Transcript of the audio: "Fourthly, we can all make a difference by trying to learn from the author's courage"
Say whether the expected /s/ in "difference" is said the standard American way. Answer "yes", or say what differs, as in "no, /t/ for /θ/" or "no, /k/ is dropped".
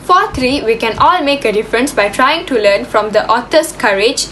yes